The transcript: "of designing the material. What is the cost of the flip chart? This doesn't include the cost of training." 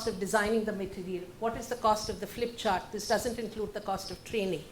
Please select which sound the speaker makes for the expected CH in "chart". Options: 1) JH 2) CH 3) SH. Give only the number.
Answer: 2